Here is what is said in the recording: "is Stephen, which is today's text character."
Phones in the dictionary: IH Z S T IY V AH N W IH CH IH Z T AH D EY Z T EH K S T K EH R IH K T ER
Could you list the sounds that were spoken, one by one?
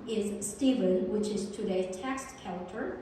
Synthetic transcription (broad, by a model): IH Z S T IY V AH N W IH CH IH Z T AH D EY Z T EH K S T K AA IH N T ER